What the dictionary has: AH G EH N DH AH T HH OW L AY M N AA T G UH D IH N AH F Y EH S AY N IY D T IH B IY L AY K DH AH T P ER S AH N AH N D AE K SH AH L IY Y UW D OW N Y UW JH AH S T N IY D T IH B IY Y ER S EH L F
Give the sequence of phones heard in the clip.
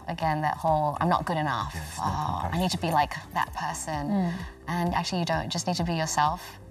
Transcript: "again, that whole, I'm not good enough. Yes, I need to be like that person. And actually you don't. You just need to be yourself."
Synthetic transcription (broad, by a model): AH G EH N DH AH T HH OW L AY M N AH T G UH D IH N AH F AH AY N IY D T IH B IY L AY K DH AH T P ER S AH N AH N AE K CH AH L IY Y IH D OW N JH AH S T N IY D T IH B IY Y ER S EH L F